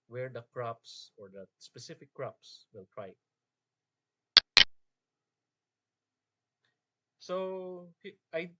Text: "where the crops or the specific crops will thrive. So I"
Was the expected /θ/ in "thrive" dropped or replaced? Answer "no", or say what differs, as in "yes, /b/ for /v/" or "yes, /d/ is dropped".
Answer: yes, /t/ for /θ/